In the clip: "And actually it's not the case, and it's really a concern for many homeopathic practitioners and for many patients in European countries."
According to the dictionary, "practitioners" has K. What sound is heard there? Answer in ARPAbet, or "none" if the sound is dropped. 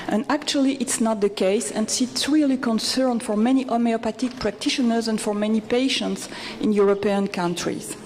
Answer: K